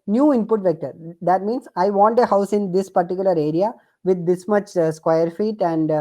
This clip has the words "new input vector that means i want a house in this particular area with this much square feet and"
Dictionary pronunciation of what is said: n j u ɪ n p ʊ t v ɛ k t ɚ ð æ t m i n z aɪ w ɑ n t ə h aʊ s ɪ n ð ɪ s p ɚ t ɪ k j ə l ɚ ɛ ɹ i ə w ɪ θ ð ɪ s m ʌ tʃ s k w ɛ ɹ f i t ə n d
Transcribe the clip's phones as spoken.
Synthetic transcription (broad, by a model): n j u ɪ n p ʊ t v ɛ k t ɚ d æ t m i n s aɪ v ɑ n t ə h aʊ s ɪ n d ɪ s p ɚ t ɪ k j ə l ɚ ɛ ɹ i ə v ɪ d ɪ s m ʌ tʃ s k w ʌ ɹ f i t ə n d